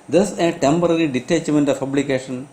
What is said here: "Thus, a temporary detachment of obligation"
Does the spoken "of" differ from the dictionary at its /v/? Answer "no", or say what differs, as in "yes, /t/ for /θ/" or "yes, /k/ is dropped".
yes, /p/ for /v/